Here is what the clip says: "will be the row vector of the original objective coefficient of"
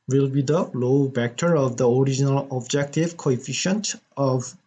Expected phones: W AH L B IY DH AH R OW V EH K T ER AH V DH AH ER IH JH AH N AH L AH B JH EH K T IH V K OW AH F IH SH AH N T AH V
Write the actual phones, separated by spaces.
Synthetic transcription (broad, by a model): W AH L B IY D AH L OW B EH K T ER AH V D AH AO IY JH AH N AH L AH B JH EH K T IH V K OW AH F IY SH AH N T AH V